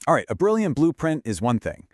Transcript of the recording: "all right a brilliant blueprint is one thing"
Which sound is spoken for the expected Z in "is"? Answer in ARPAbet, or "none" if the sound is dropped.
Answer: Z